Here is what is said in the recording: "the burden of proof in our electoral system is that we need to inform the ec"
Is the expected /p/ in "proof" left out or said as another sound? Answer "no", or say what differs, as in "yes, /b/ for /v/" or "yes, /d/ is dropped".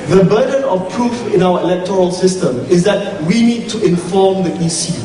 no